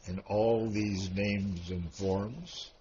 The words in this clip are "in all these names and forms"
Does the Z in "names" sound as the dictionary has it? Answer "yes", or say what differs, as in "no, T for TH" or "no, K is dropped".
yes